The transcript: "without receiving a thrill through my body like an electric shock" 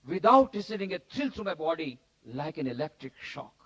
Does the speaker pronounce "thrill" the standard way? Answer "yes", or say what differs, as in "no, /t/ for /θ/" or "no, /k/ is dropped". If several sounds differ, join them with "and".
no, /t/ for /θ/